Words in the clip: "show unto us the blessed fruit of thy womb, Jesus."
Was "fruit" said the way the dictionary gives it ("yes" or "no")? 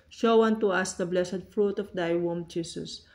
yes